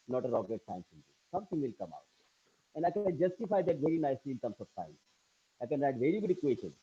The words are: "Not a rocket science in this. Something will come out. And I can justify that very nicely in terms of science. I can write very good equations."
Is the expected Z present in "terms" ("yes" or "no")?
no